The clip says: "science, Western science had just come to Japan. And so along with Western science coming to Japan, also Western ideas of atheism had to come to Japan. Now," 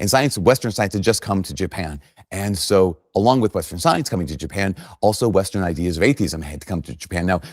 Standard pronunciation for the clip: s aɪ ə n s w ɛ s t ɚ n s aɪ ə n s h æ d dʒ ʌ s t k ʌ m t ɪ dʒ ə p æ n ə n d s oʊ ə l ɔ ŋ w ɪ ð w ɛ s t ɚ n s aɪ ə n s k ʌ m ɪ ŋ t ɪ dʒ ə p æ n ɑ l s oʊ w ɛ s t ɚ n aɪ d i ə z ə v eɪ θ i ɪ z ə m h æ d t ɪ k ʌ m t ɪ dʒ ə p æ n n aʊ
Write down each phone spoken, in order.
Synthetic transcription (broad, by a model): s aɪ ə n s w ɛ s t ɚ n s aɪ ə n s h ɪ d dʒ ʌ s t k ʌ m t ɪ dʒ ə p æ n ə n s oʊ ə l ɔ ŋ w ɪ ð w ɛ s t ɚ n s aɪ ə n s k ʌ m ɪ ŋ t ɪ dʒ ə p æ n ɑ l s oʊ w ɛ s t ɚ n aɪ d i ə z ə v eɪ θ i ɪ z ə m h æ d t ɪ k ʌ m t ɪ dʒ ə p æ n n aʊ